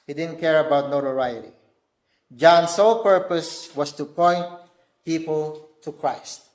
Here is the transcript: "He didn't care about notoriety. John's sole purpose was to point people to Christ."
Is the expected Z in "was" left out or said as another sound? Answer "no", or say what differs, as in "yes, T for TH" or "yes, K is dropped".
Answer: yes, S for Z